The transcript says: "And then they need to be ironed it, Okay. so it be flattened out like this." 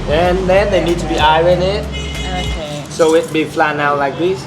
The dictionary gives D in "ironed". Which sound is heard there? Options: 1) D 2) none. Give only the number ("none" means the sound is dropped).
2